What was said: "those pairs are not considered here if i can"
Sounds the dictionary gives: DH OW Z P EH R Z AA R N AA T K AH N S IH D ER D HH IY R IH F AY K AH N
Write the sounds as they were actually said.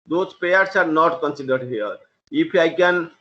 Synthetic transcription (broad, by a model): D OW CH P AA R S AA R N AA T K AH N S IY D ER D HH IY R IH P AY K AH N